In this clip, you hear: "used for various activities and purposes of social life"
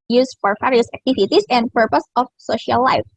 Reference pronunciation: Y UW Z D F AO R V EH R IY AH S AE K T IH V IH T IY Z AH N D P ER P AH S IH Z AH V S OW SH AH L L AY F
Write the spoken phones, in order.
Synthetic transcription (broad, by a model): Y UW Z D F AO R F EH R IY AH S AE K T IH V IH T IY S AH N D P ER P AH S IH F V S OW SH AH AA L AY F